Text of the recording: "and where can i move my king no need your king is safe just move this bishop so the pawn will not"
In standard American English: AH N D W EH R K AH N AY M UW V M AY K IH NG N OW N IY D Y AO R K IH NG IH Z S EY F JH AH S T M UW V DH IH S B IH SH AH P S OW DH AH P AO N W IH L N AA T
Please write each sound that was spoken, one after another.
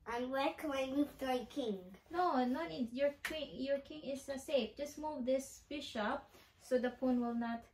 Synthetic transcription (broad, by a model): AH N W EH L K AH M AY M UW V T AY K IH NG N OW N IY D Y AO R K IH NG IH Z S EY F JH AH S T M UW V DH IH S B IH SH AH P S OW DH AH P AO N W IH L N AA T